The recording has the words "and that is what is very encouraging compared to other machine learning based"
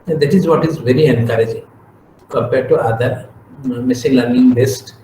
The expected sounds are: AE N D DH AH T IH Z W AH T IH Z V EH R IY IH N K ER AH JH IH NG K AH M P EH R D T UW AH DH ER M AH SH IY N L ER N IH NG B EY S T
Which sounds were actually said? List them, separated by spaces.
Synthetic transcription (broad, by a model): D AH T IH Z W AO T IH Z V EH R IY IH N K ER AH JH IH NG K AH M P EH R D T UW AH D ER M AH S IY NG L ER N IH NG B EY S T